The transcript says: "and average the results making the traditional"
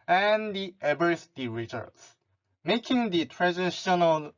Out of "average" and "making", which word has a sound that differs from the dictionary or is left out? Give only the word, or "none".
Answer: average